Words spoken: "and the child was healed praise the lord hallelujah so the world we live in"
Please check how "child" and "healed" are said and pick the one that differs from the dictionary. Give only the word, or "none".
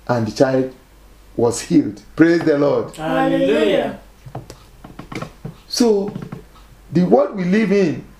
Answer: none